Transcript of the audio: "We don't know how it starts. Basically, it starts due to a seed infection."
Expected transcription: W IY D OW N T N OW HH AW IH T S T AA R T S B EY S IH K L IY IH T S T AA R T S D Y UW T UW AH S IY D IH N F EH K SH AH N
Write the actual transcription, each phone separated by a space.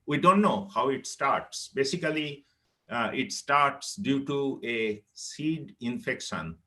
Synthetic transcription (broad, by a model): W IY D OW N T N OW HH AW IH T S T AA R T S B EY S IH K L IY IH T S T AA R T S D Y UW T UW AH S IY D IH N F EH K SH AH N